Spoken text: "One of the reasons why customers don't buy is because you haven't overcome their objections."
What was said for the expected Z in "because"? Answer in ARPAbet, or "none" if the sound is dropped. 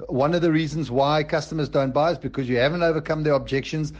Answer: Z